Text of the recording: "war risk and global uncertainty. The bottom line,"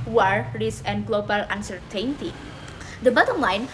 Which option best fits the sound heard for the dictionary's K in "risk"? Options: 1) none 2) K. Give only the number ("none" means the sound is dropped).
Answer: 1